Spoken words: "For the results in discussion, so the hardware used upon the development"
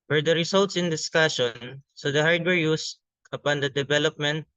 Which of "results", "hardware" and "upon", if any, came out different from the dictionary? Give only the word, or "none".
results